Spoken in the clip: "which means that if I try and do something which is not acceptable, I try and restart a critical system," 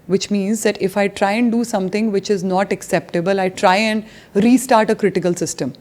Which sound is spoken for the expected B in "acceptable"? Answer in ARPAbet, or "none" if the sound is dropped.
B